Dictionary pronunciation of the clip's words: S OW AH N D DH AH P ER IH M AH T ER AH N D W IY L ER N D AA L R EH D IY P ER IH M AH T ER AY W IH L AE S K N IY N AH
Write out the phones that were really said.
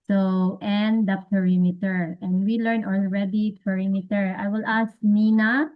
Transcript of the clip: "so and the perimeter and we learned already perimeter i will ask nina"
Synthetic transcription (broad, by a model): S OW AH N D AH P ER IH M AH T ER AH N D W IY L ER N AA L R EH D IY P ER IH M AH T ER AY W IH L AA S K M IY N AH